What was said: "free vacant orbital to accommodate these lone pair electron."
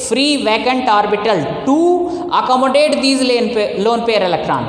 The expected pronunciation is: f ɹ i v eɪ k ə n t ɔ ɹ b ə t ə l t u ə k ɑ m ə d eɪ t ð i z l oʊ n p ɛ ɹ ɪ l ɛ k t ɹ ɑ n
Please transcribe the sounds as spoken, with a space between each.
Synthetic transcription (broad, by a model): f ɹ i v eɪ k ə n t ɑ ɹ b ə t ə l t u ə k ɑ m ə d eɪ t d i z l oʊ n p ɛ ɹ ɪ l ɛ k t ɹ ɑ n